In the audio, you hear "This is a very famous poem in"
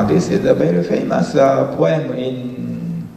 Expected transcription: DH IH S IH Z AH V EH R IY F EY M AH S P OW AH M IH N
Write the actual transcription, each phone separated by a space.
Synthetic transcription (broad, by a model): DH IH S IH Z AH B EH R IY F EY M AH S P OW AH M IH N